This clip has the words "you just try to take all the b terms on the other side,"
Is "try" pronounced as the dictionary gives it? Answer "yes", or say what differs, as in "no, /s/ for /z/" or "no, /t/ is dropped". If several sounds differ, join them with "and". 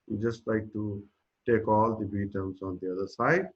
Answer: no, /l/ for /ɹ/